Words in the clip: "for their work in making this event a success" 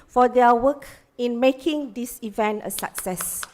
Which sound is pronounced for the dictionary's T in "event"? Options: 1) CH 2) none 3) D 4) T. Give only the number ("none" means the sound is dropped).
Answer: 4